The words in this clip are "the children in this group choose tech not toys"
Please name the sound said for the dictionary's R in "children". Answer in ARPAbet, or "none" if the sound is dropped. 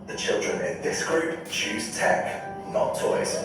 R